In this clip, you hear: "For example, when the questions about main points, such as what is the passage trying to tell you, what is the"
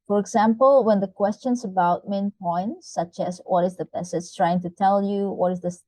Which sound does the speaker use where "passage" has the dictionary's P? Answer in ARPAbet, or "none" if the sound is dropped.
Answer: B